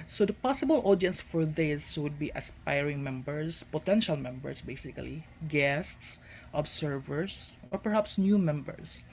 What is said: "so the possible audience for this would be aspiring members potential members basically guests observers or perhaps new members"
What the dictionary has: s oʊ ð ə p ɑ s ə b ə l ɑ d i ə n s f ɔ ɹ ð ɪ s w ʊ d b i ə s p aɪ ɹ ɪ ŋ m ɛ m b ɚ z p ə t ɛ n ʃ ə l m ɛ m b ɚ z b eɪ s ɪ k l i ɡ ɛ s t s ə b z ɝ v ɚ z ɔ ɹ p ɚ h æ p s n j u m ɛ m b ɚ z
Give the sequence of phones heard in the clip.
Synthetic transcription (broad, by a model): s oʊ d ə p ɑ s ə b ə l ɑ d i ə n s f ɔ ɹ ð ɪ s w ʊ d b i ə s p aɪ ɹ ɪ ŋ m ɛ m b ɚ s p ə t ɛ n ʃ ə l m ɛ m b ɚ s b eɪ s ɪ k l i ɡ ɛ s t s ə b s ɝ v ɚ s ɔ ɹ p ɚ h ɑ p s n j u m ɛ m b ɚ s